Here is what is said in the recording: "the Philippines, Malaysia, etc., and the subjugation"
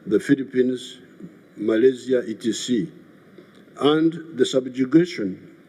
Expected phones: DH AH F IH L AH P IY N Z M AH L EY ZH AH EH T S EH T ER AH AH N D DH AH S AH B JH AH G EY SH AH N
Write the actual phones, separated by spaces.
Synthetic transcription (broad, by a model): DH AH F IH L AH P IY N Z M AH L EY Z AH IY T IY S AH AH N D DH AH S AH B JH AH G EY SH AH N